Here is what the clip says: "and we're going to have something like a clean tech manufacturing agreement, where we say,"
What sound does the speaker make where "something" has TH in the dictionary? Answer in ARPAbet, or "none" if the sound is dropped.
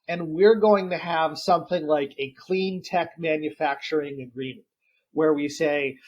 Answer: TH